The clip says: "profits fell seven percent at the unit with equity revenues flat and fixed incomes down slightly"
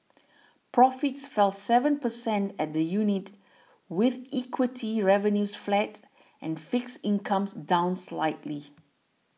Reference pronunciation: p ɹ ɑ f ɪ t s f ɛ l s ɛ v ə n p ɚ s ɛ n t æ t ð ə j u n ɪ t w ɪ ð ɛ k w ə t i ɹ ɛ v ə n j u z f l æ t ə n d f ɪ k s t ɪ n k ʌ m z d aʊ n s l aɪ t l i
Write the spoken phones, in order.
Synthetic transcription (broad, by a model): p ɹ ɑ f ɪ t s f ɛ l s ɛ v ə n p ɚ s ɛ n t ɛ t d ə j u n ɪ t w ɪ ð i k w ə t i ɹ ɛ v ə n j u s f l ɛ t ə n f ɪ k s ɪ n k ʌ m s d aʊ n s l aɪ t l i